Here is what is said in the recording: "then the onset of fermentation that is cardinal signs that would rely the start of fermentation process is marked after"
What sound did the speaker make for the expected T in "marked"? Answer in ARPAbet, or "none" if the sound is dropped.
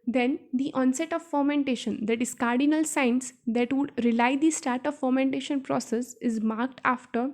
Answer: T